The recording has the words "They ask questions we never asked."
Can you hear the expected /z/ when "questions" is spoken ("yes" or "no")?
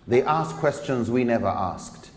yes